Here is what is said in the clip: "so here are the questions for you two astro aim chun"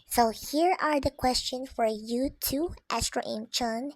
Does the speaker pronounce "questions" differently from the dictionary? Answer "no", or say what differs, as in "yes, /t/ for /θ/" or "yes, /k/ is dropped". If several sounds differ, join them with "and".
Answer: yes, /z/ is dropped